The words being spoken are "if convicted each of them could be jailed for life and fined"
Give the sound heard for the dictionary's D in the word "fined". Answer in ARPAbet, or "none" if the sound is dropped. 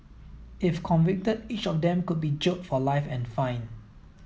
none